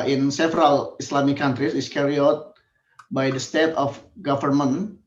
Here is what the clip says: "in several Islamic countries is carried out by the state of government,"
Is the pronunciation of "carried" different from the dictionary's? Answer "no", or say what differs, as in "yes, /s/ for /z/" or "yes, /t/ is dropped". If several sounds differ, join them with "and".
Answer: yes, /d/ is dropped